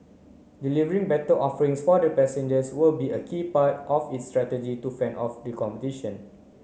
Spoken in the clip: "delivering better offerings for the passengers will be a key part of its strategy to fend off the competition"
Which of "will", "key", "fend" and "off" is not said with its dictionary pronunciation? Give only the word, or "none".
fend